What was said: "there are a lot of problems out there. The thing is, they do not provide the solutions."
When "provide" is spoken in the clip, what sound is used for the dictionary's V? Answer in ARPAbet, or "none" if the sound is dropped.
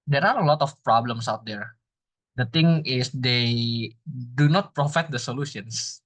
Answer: F